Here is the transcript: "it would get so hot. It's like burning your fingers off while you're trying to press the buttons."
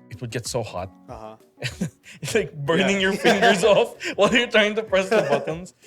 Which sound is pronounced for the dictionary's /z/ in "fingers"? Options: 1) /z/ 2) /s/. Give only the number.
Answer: 1